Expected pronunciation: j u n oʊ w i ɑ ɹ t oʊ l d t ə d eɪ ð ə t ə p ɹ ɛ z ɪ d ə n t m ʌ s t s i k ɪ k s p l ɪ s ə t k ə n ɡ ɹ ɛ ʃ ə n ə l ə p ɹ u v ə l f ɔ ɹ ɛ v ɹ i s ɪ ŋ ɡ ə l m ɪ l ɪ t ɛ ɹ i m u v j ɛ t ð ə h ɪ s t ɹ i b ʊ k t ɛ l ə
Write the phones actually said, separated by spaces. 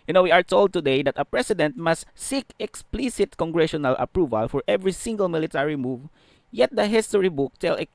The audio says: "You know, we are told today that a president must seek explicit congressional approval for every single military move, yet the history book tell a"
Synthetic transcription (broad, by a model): j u n oʊ w i ɑ ɹ t oʊ l d t ə d eɪ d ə t ə p ɹ ɛ s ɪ d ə n t m ʌ s t s i k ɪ k s p l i s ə t k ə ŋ ɡ ɹ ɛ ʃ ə n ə l ə p ɹ u v ə l f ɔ ɹ ɛ v ɹ i s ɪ ŋ ɡ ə l m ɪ l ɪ t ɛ ɹ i m u v j ɛ t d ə h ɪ s t ɹ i b ʊ k t ɛ l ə